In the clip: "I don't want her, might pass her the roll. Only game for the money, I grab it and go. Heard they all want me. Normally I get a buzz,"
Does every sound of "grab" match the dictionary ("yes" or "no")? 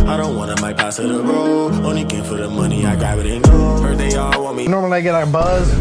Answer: no